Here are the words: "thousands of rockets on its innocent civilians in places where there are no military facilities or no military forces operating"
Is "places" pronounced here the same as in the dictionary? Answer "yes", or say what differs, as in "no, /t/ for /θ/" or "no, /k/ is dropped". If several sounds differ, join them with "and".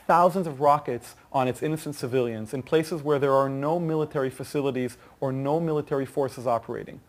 yes